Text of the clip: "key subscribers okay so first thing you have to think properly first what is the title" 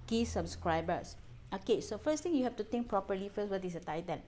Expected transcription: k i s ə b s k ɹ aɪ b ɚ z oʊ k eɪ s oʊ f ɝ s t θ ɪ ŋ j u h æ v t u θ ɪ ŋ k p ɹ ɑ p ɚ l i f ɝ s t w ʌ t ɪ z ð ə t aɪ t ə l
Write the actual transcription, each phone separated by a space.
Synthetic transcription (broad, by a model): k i s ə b s k ɹ aɪ b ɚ s oʊ k eɪ s oʊ f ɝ s t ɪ ŋ j u h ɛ f t u t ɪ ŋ k p ɹ ɑ p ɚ l i f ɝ s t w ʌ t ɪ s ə t aɪ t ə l